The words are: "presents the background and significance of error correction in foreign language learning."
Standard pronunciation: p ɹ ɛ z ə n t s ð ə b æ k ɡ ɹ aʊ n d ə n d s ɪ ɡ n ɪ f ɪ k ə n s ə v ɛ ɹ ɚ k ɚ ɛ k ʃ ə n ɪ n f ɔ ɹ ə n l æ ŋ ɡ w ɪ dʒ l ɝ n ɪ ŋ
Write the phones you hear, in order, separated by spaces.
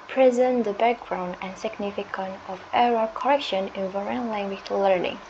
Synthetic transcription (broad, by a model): p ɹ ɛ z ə n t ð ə b æ k ɡ ɹ aʊ n d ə n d s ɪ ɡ n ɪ f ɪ k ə n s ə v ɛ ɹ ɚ k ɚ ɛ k ʃ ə n ɪ n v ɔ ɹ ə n l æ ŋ ɡ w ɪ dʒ l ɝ n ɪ ŋ